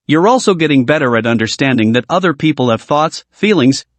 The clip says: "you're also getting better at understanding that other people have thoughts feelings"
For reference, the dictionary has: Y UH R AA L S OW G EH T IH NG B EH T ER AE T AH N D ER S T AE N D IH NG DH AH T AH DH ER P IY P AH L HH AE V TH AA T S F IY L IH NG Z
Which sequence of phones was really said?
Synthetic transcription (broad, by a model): Y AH R AA L S OW G EH T IH NG B EH T ER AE T AH N D ER S T AE N D IH NG DH AH T AH DH ER P IY P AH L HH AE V TH AA T S F IY L IH NG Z